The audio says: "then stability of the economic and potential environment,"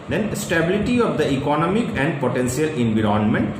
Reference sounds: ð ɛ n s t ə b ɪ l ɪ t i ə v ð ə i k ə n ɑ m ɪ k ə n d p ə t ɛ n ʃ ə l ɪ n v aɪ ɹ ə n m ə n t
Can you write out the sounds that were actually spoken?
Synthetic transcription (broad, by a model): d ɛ n s t ə b ɪ l ɪ t i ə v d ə i k ə n ɑ m ɪ k ə n d p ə t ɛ n s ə l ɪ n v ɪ ɹ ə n m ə n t